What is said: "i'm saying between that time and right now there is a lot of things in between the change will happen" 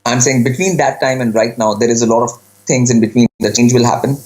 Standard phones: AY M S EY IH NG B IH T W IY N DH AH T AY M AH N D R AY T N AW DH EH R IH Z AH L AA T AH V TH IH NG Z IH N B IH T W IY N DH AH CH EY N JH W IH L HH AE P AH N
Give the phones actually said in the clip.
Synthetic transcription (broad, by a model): AY M S EY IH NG B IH T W IY N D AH T AY M AH N D R AY T N AW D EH R IH Z AH L AA T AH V T IH NG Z IH N B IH T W IY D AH CH EY N JH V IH L HH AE P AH N